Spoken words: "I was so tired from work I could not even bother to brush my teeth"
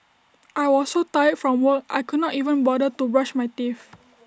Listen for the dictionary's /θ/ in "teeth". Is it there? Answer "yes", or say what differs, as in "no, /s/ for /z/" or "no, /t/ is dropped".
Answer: no, /f/ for /θ/